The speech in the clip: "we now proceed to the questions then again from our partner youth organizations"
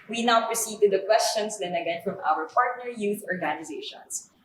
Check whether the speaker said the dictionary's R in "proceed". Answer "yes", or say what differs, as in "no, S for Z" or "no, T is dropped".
yes